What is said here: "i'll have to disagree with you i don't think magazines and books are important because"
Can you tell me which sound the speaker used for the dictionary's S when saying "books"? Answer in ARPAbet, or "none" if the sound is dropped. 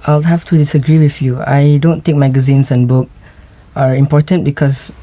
none